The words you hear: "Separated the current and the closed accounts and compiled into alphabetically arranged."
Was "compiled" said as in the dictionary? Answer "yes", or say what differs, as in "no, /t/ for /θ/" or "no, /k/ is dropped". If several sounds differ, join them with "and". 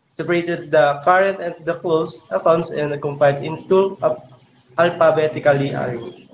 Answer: no, /l/ is dropped